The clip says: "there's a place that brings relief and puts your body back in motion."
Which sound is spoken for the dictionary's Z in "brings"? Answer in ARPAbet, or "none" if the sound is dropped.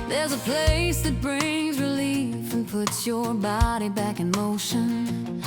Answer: Z